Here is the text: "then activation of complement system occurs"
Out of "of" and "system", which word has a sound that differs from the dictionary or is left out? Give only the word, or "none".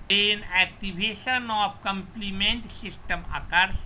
of